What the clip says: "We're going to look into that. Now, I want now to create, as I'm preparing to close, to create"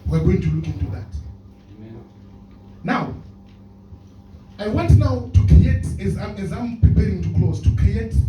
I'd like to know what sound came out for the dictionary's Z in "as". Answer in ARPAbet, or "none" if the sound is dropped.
Z